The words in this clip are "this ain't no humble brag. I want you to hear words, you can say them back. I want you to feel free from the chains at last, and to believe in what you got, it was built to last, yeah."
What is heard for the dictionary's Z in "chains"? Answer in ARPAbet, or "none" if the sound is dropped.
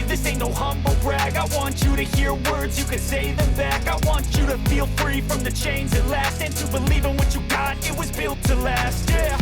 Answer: Z